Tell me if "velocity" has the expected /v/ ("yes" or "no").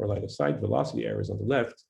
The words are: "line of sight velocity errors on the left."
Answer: yes